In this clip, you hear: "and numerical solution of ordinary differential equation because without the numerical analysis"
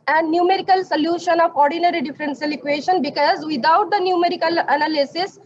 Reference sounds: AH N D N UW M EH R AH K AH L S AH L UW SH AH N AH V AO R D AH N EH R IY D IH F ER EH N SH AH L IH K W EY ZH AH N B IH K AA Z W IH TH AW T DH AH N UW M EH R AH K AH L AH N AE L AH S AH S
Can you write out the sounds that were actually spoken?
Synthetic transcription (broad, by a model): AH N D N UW M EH R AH K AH L S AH L UW SH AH N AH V AO R D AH N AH R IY D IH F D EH N S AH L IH K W EY SH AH N B IH K AA Z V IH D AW T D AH N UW M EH R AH K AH L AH N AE L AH S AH S